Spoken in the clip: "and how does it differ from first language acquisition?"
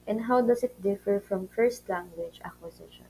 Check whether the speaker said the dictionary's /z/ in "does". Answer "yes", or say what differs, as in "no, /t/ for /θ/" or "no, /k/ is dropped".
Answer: no, /s/ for /z/